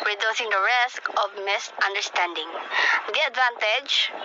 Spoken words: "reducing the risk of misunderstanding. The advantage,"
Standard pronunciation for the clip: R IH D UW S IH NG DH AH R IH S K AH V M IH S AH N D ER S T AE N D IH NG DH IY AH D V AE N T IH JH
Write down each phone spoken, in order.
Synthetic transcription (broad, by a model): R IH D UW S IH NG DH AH R IH S K AH V M IH S AH N D ER S T AE N D IH NG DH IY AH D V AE N T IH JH